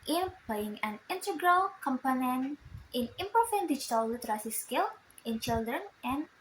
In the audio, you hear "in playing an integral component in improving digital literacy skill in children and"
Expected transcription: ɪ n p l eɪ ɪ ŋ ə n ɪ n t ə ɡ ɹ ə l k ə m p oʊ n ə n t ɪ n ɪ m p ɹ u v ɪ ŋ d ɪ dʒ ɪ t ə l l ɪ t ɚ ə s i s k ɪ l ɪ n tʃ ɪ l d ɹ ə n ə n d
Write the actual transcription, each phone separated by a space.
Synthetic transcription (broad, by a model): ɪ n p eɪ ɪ ŋ ə n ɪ n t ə ɡ ɹ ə l k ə m p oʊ n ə n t ɪ n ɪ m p u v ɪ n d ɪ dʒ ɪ t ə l l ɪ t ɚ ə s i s k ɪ l ɪ n tʃ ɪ l d ɹ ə n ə n